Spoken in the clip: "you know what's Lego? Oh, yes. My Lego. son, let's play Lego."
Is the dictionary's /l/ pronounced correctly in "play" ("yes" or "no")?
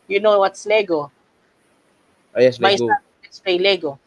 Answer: no